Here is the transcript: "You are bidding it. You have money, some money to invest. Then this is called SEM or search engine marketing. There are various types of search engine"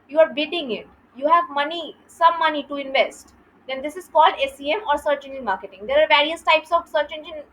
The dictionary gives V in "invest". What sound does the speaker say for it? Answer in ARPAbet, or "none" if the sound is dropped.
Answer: V